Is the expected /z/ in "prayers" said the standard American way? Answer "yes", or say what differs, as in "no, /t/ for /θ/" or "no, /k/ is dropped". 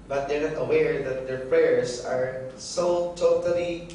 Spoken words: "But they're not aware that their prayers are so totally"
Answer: no, /s/ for /z/